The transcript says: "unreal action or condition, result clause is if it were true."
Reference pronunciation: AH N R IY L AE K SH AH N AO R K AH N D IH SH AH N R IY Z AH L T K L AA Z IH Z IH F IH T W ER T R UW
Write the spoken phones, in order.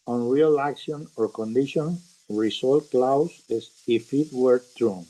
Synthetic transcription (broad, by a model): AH N R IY L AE K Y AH N AO R K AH N D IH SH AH N R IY S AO L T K L AA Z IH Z IH F IH T W ER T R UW